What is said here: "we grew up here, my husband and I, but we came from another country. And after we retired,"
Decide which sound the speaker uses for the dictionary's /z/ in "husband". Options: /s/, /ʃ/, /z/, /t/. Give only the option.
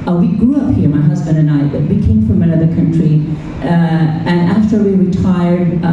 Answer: /z/